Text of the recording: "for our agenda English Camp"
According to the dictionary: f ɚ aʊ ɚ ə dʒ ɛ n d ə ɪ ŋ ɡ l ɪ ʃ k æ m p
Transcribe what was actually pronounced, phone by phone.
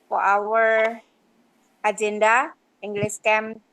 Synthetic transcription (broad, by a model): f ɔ aʊ ɚ ə dʒ ɛ n d ə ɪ ŋ ɡ l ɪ s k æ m